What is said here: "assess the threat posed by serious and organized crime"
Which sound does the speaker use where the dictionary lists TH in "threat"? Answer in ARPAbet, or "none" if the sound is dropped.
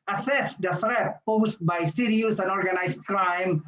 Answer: F